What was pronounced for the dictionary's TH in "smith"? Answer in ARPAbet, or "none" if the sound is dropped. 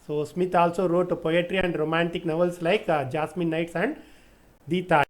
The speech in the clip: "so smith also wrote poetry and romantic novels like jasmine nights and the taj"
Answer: T